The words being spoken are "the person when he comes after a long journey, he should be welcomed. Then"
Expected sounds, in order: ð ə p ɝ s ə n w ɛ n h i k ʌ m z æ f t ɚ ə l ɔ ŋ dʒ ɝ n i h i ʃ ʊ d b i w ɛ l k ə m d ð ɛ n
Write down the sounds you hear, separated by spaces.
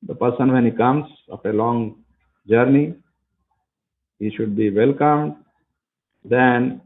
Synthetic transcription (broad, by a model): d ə p ɝ s ə n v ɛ n h i k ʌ m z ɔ t ə l ɔ ŋ dʒ ɝ n i h i ʃ ʊ d b i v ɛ l k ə m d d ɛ n